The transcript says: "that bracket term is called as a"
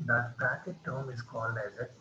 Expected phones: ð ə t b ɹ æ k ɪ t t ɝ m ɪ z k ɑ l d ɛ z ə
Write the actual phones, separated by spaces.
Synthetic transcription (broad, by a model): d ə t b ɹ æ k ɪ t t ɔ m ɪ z k ɑ l d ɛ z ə